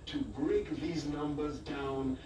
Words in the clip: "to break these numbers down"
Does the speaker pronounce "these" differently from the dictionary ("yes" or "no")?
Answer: no